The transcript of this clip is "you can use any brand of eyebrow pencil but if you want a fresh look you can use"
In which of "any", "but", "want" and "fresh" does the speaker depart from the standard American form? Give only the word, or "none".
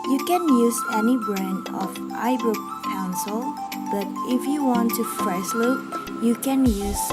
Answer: fresh